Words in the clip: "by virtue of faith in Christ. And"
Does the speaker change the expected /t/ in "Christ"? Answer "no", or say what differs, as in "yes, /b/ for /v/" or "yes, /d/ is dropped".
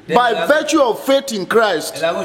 no